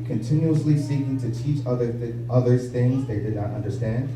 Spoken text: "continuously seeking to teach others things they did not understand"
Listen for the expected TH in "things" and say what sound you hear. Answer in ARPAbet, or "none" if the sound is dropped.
TH